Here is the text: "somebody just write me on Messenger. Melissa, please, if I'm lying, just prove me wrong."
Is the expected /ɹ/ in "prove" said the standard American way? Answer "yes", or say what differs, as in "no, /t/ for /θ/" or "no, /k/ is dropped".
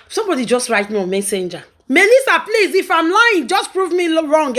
yes